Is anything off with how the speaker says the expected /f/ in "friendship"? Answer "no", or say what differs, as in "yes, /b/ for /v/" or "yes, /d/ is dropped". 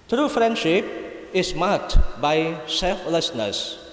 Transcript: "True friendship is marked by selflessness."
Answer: no